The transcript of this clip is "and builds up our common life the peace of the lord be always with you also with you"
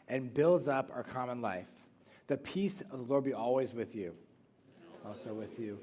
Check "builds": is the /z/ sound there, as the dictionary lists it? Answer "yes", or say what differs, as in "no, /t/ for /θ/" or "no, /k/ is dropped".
yes